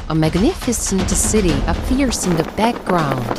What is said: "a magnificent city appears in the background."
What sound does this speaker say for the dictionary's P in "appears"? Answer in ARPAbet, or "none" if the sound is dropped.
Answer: F